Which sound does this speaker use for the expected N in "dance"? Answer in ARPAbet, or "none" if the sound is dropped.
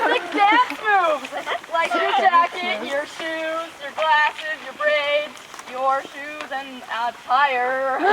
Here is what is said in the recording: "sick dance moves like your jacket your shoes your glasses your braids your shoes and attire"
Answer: none